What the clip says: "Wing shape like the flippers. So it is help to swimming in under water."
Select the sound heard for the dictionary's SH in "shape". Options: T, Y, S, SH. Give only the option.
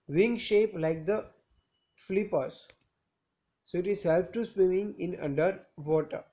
SH